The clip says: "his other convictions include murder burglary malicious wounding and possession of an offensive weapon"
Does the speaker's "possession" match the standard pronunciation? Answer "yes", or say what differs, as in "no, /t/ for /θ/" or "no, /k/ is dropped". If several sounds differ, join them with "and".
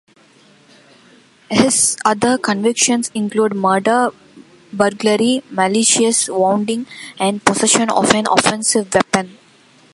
no, /s/ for /z/